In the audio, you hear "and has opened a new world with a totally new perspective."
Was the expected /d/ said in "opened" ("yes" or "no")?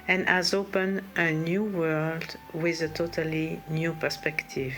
no